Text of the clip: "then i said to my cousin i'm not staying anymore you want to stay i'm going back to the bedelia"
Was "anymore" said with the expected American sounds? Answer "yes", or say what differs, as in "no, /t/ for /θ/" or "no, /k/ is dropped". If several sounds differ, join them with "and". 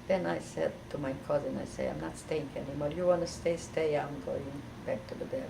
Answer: no, /l/ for /ɹ/